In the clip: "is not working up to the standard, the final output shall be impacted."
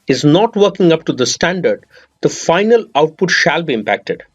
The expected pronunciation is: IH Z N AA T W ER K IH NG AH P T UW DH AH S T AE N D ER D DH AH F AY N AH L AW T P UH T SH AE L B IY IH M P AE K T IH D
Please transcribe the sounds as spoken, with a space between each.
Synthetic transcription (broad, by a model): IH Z N AA T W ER K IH NG AH P T UW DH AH S T AE N D ER D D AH F AY N AH L AW T P UH T SH AE L B IY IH M P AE K T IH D